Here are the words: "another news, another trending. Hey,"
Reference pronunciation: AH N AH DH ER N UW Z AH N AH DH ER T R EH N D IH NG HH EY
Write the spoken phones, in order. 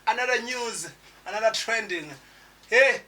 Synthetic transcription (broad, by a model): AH N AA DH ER N UW Z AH N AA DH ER T R EH N D IH NG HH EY